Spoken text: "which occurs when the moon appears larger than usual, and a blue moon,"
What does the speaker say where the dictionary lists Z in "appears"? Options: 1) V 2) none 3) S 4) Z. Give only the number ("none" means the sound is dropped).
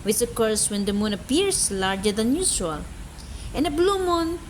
3